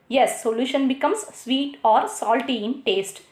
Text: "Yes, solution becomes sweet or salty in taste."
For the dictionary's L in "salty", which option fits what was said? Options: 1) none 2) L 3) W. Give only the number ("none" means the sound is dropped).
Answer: 2